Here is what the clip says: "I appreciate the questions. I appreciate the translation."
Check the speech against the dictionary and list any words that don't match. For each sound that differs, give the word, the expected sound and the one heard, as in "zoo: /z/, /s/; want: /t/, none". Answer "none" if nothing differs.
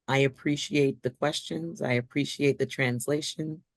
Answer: none